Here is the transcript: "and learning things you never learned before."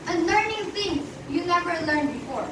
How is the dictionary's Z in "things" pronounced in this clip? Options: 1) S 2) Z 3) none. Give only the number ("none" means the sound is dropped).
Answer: 3